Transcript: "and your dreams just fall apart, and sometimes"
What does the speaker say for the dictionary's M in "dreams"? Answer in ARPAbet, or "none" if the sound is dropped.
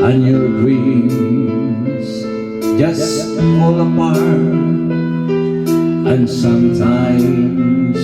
none